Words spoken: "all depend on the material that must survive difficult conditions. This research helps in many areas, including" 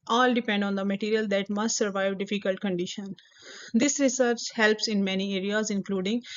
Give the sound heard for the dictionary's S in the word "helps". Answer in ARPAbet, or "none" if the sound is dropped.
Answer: S